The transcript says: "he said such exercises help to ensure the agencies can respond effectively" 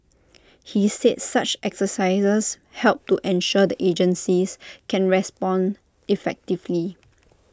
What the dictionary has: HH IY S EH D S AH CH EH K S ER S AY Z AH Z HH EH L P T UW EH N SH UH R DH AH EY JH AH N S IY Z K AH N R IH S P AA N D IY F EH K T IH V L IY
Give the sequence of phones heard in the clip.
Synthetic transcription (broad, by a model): HH IY S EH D S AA CH EH K S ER S AY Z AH S HH EH L P T UW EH N SH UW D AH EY JH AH N S IY S K AH N R IH S P AA N D IY F EH K T IH V L IY